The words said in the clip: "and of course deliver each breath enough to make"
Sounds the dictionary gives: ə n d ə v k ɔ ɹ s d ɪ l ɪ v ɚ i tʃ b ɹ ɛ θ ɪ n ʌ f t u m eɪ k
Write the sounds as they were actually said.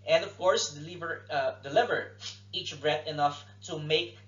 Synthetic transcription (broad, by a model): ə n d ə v k ɔ ɹ s d ɪ l ɪ v ɚ i tʃ b ɹ ɛ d ɪ n ʌ f t u m eɪ k